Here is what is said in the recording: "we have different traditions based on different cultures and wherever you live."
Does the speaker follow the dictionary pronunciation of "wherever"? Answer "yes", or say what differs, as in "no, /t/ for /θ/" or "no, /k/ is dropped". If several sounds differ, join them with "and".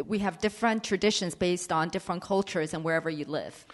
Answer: yes